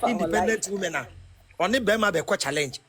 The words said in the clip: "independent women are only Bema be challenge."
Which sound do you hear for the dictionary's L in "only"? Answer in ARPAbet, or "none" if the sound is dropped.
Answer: none